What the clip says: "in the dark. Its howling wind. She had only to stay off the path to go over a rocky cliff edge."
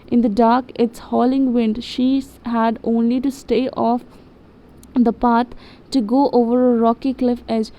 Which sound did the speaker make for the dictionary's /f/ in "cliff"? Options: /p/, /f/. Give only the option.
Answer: /f/